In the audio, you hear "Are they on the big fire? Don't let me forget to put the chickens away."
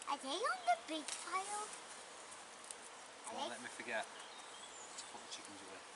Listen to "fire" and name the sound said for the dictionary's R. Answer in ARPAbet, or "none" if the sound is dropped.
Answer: L